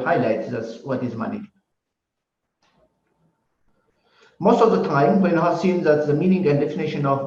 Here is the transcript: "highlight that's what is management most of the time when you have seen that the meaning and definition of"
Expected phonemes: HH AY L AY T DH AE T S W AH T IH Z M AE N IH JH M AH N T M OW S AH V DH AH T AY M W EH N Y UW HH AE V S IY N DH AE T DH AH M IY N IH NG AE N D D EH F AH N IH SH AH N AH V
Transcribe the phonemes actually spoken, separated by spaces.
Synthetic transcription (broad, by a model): HH AY L AY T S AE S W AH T IH Z M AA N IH M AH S T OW AH V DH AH T AY M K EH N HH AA S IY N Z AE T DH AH M IY N IH NG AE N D D EH F AH N IH SH AH N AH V